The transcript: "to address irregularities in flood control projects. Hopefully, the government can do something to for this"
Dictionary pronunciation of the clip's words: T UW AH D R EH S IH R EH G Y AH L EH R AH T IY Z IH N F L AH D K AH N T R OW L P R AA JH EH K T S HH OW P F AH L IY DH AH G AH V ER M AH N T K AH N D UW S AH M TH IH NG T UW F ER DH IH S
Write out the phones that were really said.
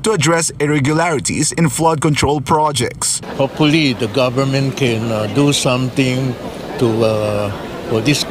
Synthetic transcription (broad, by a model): T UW AH D R EH S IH R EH G Y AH L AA R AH T IY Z IH N F L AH D K AH N T R OW L P R AA JH EH K T S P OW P AH L IY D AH G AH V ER M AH N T K AH N D UW S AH M T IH NG T UW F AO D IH S